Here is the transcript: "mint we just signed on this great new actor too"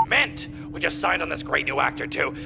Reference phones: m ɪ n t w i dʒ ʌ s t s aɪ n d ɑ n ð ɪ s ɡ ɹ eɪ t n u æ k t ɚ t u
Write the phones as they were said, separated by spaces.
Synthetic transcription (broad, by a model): m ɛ n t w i dʒ ʌ s t s aɪ n d n ð ɪ s ɡ ɹ eɪ t n u æ k t ɚ t u